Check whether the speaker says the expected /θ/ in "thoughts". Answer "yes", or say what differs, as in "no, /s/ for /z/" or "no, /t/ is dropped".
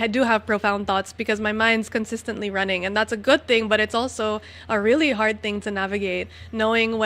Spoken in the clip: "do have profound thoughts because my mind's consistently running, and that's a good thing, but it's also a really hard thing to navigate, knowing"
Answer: yes